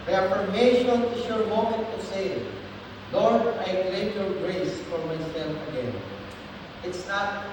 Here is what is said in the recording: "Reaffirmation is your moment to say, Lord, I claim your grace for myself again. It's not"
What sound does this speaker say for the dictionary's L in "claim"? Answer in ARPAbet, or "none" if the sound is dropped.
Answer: none